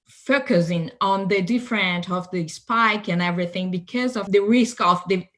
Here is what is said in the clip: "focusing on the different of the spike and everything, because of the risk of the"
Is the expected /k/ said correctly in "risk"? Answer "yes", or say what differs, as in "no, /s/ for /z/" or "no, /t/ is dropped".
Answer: yes